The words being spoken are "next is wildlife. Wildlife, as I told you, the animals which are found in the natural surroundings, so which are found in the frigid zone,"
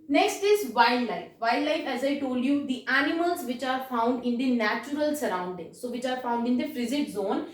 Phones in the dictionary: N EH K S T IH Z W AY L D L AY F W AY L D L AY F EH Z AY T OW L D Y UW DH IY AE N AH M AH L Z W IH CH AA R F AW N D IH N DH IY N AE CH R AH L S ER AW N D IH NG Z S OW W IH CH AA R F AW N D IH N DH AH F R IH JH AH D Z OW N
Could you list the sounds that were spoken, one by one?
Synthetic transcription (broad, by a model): N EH K S T IH Z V AY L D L AY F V AY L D L AY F EH Z AY T OW L D Y UW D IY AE N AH M AH L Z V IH CH AA R F AW N D IH N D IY N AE CH R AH L S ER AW N D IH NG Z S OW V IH CH AA R F AW N D IH N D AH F R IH Z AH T Z OW N